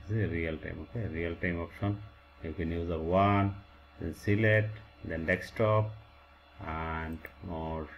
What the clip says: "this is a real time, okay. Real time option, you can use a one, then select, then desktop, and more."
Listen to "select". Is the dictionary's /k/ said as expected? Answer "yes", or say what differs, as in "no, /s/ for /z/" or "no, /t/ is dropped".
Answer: no, /k/ is dropped